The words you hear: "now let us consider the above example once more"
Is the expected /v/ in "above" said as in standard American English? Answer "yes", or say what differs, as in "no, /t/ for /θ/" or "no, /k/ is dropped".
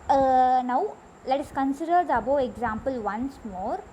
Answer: no, /v/ is dropped